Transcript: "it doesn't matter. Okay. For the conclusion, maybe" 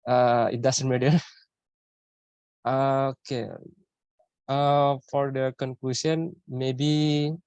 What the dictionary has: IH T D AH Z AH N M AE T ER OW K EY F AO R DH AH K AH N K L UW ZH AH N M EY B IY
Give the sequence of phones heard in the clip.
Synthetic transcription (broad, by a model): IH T D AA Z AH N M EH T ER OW K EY F AO R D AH K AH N K L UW S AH N M EY B IY